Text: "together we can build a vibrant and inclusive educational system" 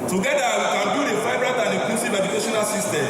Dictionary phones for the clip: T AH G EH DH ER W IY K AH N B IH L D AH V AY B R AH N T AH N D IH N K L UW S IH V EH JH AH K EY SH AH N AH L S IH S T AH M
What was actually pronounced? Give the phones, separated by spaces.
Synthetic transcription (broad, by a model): T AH G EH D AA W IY K AH N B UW D AH F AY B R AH T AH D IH K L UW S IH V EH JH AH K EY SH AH N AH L S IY S T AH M